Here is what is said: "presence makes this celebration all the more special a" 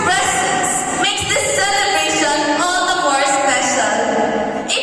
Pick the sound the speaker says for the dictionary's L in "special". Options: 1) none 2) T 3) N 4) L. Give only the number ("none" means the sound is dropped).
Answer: 3